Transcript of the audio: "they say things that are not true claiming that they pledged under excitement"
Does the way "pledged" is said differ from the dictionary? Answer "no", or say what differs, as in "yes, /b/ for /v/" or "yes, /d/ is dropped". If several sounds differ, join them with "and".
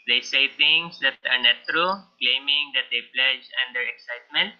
yes, /d/ is dropped